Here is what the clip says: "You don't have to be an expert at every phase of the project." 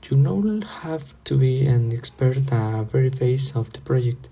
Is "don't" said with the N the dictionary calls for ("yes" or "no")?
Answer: no